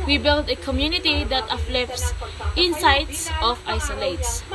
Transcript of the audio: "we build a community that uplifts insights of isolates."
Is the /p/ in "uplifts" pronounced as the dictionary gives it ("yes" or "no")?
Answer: no